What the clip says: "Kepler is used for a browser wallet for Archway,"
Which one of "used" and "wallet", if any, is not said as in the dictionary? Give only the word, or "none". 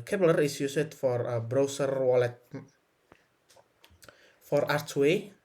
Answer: used